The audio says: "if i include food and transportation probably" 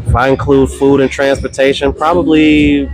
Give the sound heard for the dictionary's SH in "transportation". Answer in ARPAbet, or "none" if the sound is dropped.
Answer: SH